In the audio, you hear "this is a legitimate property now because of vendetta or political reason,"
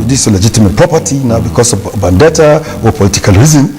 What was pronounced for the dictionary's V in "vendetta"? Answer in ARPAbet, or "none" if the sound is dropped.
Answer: B